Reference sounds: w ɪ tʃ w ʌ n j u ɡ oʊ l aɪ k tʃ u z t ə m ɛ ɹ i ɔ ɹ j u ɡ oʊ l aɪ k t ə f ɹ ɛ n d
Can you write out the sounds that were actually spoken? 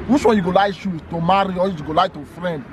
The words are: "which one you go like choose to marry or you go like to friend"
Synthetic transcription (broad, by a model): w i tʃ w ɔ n j u ɡ oʊ l aɪ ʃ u t ə m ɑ ɹ i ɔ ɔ j u ɡ oʊ l aɪ t ə f ɹ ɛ n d